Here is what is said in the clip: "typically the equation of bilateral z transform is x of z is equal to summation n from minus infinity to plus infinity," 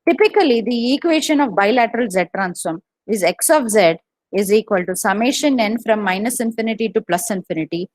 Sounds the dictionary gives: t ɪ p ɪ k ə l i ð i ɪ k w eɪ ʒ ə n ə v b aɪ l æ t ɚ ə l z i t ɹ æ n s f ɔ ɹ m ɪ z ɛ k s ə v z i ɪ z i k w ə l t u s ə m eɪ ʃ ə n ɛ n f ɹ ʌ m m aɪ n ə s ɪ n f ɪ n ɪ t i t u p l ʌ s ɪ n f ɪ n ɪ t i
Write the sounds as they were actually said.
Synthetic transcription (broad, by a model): t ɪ p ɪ k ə l i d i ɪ k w eɪ ʃ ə n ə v b aɪ l æ t ɚ ə l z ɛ t ɹ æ n s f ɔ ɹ m ɪ z ɛ k s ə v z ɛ ɪ z i k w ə l t u s ə m eɪ ʃ ə n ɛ n f ɹ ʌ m m aɪ n ə s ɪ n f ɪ n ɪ t i t u p l ʌ s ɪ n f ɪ n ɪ t i